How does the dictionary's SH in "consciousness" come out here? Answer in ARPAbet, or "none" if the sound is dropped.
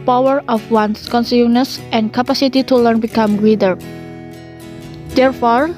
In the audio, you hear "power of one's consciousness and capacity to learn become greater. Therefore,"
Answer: S